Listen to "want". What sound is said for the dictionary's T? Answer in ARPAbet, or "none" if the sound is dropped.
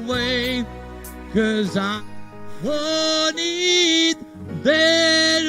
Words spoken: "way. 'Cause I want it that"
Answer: none